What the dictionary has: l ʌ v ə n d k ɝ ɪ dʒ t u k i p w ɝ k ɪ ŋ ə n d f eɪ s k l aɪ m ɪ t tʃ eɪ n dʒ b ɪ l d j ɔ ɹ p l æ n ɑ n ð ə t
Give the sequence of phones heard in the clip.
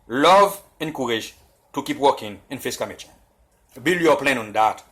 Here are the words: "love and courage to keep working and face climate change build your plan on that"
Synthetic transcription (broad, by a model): l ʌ v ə n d k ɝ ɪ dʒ t u k i p w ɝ k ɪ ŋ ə n f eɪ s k aɪ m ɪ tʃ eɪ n b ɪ l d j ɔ p l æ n ɑ n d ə t